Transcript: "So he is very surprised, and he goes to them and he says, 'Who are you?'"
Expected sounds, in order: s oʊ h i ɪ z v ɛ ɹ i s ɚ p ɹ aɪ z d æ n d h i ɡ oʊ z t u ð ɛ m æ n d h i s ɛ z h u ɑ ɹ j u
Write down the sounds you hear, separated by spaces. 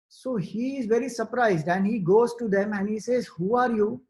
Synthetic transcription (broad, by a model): s oʊ h i ɪ z v ɛ ɹ i s ɚ p ɹ aɪ z d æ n d h i ɡ oʊ z t u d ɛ m æ n d h i s ɛ z h u ɑ ɹ j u